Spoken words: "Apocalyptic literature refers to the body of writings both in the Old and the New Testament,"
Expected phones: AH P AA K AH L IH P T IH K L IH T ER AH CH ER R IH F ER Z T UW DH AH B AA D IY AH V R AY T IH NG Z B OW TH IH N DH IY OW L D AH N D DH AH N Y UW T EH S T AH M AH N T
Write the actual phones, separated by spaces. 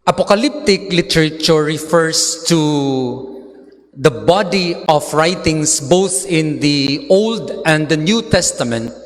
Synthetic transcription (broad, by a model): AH P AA K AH L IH P T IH K L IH T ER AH CH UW R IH F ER S T UW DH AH B AA D IY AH F R AY T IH NG S B OW TH IH N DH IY OW L D AH N D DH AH N Y UW T EH S T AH M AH N T